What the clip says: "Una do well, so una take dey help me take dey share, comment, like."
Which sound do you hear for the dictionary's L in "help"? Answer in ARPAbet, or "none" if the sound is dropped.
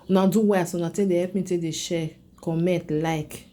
none